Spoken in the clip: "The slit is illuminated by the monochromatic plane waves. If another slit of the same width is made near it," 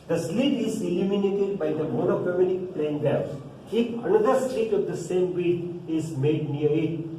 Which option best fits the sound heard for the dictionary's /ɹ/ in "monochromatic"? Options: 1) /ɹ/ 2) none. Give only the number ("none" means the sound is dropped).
2